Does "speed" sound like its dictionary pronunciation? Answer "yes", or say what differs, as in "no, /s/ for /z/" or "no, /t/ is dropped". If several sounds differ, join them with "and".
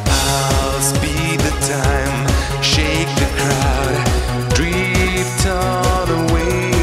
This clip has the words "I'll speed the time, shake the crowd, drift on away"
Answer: no, /b/ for /p/